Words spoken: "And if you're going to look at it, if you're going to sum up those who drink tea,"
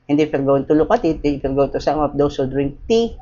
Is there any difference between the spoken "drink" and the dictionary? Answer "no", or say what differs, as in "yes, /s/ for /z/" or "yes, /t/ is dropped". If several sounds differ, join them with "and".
no